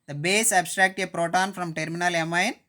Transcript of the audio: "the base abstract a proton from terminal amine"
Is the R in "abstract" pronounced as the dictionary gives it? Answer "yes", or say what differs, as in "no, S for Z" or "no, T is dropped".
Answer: yes